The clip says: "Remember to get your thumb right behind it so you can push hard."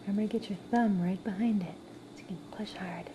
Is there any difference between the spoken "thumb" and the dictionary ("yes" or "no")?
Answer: no